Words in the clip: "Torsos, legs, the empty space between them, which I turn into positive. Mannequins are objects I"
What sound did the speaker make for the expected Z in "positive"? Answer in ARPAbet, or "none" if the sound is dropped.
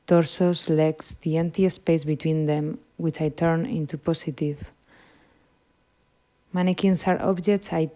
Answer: S